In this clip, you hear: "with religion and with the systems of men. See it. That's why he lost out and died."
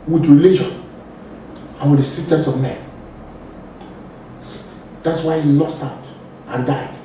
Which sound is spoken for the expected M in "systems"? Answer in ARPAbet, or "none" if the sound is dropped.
none